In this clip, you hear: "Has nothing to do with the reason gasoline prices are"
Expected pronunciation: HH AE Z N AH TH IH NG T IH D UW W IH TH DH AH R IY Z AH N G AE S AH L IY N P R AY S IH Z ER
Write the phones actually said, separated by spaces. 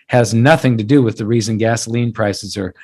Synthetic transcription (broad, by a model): HH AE Z N AH TH IH NG T IH D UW W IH DH AH R IY Z AH N G AE S AH L IY N P R AY S IH Z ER